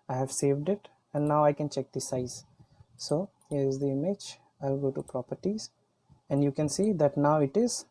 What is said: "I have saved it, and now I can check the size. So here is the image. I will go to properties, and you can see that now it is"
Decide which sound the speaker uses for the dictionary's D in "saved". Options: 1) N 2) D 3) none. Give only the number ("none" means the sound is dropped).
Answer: 2